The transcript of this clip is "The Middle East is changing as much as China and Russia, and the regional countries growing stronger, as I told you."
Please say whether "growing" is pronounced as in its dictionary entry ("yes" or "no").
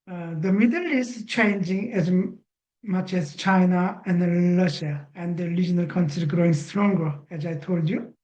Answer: yes